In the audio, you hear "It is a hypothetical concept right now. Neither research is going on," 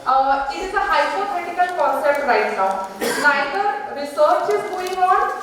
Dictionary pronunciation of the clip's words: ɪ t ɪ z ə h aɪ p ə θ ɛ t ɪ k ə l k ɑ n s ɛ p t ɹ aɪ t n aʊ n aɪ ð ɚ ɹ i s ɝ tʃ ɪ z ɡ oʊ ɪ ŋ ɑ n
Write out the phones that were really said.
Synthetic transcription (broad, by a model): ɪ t ɪ z ə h aɪ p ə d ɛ t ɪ k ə l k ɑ n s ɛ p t ɹ aɪ t n aʊ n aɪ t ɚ ɹ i s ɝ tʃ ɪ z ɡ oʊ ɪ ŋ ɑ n